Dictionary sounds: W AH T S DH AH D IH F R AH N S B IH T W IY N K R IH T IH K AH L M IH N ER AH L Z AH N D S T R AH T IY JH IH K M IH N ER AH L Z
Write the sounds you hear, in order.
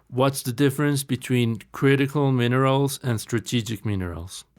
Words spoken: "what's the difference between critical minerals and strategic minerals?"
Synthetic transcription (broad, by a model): W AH T S DH AH D IH F R AH N S B IH T W IY N K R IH T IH K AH L M IH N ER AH L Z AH N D S T R AH T IY JH IH K M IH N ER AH L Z